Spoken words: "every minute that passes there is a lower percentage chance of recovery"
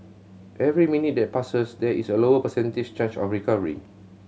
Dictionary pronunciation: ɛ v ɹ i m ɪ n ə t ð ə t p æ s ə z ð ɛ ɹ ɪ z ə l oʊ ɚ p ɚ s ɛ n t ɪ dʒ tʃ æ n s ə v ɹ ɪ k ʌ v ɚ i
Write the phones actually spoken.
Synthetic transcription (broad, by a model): ɛ v ɹ i m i n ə t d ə t p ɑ s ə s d ɛ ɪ s ə l oʊ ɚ p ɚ s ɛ n t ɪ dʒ tʃ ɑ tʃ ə f ɹ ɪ k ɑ v ɚ i